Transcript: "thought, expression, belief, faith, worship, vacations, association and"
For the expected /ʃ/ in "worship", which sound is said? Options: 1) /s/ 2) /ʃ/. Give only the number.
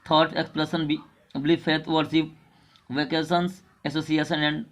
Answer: 1